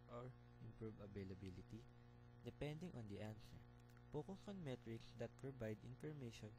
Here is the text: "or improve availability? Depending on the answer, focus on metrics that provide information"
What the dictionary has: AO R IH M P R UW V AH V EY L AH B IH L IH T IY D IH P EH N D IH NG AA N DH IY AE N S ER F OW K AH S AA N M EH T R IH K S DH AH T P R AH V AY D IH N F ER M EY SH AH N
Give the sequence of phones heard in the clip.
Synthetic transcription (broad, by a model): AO R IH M P R UW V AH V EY L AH B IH L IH T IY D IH P EH N D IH NG AA N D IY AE N S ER P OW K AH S AA N M EH T R IH K S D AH T P R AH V AY D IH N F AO M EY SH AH N